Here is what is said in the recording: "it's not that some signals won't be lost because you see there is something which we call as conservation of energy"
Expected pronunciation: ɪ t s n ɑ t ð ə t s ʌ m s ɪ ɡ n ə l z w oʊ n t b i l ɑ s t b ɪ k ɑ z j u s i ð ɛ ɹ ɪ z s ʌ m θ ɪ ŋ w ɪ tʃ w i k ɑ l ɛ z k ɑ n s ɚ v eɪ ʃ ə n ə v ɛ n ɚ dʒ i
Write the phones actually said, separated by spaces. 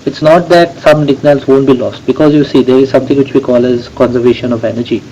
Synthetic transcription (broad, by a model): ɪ t s n ɑ t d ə t s ʌ m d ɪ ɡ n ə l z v oʊ n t b i l ɑ s t b ɪ k ɑ z j u s i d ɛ ɹ ɪ z s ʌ m t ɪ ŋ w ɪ tʃ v i k ɑ l ɛ z k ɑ n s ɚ v eɪ ʃ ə n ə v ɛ n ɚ dʒ i